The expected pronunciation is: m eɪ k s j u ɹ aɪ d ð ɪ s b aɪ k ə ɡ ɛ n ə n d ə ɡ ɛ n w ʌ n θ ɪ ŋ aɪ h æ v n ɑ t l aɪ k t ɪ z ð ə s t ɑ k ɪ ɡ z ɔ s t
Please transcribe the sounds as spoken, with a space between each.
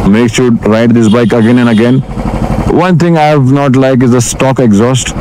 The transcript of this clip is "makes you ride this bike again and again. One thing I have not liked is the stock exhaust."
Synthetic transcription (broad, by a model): m eɪ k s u ɹ aɪ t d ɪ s b aɪ k ə ɡ ɛ n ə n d ə ɡ ɛ n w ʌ n t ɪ ŋ aɪ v n ɑ t l aɪ k ɪ z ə s t ɑ k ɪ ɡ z ɔ s t